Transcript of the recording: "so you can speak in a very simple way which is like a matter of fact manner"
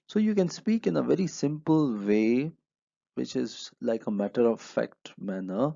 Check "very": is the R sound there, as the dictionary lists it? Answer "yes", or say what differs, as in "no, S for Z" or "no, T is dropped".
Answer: yes